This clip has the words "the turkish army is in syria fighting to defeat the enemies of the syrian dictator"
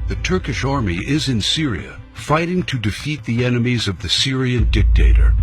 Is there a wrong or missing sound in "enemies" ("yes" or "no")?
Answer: no